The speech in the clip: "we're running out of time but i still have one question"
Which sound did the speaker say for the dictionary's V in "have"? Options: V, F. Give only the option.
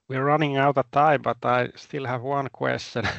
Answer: V